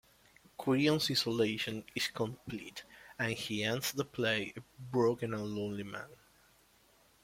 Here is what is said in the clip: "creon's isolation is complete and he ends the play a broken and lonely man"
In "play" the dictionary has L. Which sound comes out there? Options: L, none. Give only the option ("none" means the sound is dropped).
L